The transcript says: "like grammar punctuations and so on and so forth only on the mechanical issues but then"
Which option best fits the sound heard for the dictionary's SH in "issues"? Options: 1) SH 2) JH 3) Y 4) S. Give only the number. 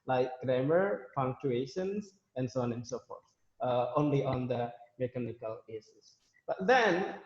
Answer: 4